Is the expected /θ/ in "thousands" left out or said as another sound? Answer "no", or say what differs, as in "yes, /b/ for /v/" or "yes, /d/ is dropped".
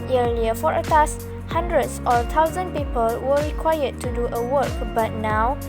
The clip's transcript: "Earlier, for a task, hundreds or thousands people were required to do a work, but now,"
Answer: yes, /t/ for /θ/